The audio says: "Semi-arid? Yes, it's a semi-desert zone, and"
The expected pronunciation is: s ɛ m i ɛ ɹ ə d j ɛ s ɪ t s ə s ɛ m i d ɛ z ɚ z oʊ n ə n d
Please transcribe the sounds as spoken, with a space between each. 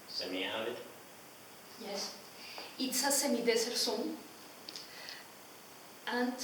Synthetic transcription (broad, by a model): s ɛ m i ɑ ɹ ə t j ɛ s ɪ t s ə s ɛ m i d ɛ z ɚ s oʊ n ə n